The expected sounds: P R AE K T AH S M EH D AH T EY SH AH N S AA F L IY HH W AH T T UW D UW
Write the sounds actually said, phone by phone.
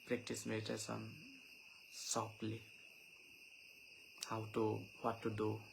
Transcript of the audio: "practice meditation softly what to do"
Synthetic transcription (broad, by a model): P R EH K T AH S M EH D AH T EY S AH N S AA P L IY HH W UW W T UW D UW